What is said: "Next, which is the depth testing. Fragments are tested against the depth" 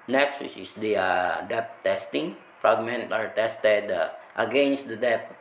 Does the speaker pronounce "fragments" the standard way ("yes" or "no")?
no